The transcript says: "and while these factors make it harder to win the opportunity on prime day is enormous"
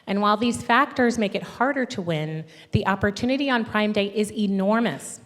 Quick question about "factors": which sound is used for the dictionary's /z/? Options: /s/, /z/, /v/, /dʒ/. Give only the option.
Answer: /z/